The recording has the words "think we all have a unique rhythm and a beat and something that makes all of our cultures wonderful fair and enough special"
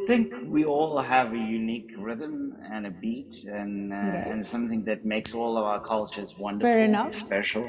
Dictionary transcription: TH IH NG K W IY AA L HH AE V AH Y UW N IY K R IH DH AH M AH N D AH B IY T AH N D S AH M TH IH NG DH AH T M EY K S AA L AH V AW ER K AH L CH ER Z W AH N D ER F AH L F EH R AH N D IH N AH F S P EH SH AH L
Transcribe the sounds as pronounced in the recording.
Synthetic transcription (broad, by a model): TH IH NG K W IY AA L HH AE V AH Y UW N IY K R IH DH AH M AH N AH B IY T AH N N S AH M TH IH NG DH AH T M EY K S AA L AH V AW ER K AH L CH ER Z W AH N D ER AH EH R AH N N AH S P EH SH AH L